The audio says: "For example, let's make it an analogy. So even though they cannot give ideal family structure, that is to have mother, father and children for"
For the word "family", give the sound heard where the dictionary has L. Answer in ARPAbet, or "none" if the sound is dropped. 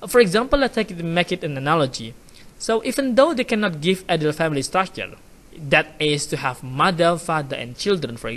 L